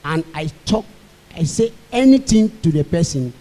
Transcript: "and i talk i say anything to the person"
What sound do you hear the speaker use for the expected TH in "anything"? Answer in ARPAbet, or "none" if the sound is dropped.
T